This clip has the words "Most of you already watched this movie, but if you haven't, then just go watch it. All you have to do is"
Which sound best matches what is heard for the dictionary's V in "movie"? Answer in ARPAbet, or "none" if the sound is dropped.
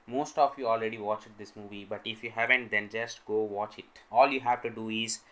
V